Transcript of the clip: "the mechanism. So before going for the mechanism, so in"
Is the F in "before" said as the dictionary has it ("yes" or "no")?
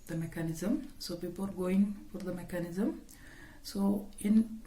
no